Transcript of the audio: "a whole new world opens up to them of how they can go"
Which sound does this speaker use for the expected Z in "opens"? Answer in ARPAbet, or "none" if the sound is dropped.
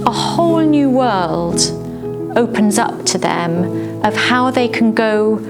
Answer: Z